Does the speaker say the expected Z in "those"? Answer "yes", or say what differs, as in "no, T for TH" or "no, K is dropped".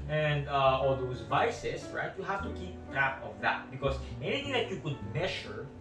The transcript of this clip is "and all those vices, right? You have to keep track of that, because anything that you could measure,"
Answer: no, S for Z